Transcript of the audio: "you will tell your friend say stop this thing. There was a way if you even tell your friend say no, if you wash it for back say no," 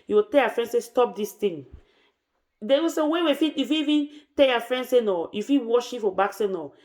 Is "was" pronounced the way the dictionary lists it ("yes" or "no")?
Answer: no